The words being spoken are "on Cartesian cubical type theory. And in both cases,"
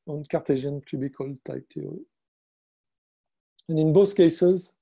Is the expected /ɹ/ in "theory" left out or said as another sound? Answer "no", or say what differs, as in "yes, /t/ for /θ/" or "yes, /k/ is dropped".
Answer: yes, /ɹ/ is dropped